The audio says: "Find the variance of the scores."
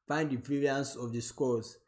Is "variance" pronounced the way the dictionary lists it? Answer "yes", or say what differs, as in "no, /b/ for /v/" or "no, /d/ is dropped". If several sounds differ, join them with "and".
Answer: no, /p/ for /v/